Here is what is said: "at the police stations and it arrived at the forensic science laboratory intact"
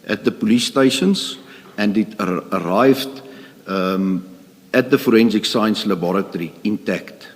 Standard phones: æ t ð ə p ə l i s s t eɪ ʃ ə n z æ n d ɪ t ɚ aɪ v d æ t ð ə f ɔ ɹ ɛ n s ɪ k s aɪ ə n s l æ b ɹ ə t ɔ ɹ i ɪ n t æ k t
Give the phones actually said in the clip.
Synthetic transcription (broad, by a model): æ t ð ə p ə l i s s t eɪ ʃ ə n s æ n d ɪ t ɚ aɪ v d æ t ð ə f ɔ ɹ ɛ n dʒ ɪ k s aɪ ə n s l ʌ b ɹ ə t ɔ ɹ i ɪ n t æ k t